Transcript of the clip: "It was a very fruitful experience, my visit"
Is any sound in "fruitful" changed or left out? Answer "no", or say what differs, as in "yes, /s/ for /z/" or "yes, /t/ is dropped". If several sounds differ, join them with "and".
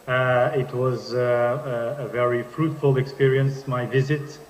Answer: no